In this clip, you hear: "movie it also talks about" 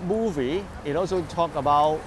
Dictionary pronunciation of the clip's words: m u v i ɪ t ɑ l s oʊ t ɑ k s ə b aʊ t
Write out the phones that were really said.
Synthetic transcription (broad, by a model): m u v i ɪ t ɑ l s oʊ t ɑ k ə b aʊ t